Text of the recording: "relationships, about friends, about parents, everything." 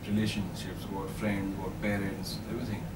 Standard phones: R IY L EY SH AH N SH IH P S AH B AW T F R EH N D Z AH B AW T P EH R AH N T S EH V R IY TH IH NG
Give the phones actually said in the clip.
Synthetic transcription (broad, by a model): R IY L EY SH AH N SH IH P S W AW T F R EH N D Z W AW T B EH R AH N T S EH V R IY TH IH NG